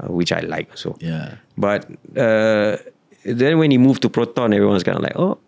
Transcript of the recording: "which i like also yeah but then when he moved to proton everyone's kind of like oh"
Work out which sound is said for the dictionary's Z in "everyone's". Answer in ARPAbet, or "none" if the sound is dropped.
S